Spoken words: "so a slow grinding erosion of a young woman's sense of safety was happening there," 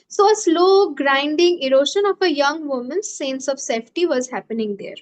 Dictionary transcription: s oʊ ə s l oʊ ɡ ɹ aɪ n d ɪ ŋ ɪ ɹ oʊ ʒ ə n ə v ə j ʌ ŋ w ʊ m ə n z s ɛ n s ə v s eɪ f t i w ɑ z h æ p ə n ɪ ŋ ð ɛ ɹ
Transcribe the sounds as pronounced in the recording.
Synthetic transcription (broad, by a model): s oʊ ə s l oʊ ɡ ɹ aɪ n d ɪ ŋ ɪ ɹ oʊ ʃ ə n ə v ə j ʌ ŋ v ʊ m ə n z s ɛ n s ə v s eɪ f t i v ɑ z h æ p ə n ɪ ŋ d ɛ ɹ